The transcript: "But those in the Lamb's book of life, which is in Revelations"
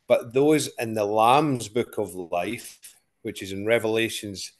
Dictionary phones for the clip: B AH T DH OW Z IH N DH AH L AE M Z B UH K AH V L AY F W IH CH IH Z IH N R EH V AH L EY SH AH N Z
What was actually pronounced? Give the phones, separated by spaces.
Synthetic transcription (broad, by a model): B AH T DH OW Z IH N DH AH L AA M Z B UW K AH V L AY F W IH CH IH Z IH N R EH V AH L EY SH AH N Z